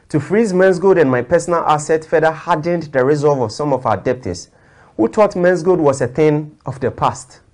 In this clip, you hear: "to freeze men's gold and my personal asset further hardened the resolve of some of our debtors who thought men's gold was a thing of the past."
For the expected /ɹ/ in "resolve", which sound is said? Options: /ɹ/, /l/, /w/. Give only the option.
/ɹ/